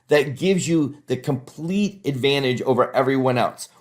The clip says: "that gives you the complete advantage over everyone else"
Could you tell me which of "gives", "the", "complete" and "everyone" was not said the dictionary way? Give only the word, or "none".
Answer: none